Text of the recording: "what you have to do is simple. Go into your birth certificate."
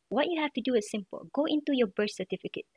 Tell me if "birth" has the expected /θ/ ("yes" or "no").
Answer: no